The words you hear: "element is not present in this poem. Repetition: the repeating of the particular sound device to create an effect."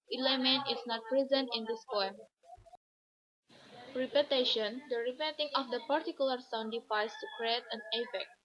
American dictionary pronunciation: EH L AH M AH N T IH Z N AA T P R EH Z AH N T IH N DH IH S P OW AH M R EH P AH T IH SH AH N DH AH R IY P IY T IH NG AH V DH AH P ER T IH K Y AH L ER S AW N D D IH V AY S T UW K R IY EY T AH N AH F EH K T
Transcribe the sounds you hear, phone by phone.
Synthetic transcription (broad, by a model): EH L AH M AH N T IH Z N AA T P R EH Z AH N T IH N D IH S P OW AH M R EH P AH T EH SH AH N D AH R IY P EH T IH NG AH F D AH P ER T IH K Y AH L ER S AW N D D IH F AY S T UW K R IY EY T AH N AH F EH K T